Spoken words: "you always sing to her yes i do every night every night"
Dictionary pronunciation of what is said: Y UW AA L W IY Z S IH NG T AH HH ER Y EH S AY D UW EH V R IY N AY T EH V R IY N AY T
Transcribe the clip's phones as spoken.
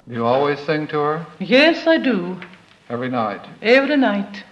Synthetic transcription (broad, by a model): Y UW AA L W IY Z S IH NG T AH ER Y EH S AY D UW EH V R IY N AY T EH V R IY N AY T